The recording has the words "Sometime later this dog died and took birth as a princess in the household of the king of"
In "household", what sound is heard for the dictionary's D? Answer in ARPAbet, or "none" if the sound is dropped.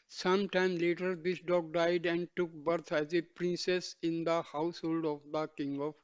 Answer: D